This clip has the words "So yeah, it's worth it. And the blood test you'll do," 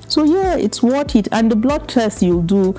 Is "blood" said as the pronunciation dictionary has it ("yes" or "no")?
yes